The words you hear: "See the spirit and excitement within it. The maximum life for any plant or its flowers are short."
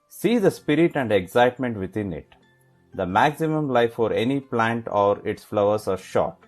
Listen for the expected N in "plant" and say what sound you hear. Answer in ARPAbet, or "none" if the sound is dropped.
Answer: N